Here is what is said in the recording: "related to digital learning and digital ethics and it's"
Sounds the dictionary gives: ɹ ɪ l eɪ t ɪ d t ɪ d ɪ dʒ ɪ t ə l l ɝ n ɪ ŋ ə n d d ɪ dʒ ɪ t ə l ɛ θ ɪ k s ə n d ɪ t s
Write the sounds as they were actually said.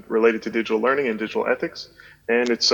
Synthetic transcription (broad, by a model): ɹ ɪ l eɪ t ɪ d t ɪ d ɪ dʒ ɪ t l l ɝ n ɪ ŋ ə n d d ɪ dʒ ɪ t l ɛ θ ɪ k s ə n ɪ t s